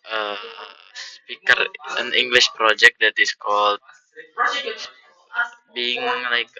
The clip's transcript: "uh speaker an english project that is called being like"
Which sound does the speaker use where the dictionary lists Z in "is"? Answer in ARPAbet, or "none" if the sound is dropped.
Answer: S